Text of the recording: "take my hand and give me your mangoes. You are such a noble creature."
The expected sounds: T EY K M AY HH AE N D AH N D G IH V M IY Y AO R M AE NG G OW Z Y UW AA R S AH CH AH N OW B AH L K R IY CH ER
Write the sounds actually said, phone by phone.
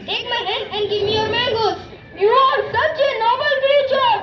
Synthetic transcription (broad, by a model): T EY K M AY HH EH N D AH N D G IH V M IY Y AO R M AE G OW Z Y UW AA R S AH CH AH N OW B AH L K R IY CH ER